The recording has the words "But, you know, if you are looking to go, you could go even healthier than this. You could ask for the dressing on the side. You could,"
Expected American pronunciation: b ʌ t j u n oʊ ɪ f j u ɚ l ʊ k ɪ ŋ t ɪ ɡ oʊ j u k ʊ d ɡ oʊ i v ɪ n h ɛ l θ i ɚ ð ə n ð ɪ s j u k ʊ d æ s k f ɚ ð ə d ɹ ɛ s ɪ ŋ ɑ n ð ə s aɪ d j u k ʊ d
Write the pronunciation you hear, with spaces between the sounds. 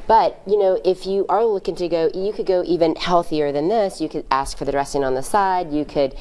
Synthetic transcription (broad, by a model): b ʌ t j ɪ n oʊ ɪ f j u ɚ l ʊ k ɪ ŋ t ɪ ɡ oʊ j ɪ k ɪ d ɡ oʊ i v ɪ n h ɛ l θ i ɚ ð ə n ð ɪ s j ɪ k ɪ d æ s k f ɚ ð ə d ɹ ɛ s ɪ ŋ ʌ n ð ə s aɪ d j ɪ k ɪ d